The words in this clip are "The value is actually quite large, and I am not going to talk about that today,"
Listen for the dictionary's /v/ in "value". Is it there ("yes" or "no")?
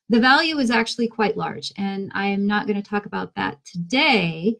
yes